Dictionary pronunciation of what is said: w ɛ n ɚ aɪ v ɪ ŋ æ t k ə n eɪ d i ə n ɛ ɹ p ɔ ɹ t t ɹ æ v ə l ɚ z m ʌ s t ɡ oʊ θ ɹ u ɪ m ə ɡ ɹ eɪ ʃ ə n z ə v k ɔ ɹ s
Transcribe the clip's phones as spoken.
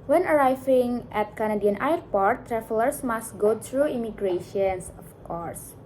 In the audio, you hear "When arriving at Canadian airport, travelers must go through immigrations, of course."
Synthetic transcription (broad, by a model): w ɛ n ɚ aɪ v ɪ ŋ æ t k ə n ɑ d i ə n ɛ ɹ p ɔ ɹ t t ɹ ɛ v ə l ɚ s m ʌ s t ɡ oʊ t ɹ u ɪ m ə ɡ ɹ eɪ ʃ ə n s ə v k ɔ ɹ s